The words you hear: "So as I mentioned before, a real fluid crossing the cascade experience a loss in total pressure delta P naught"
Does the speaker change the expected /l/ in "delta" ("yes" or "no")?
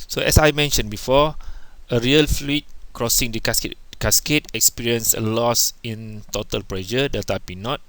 yes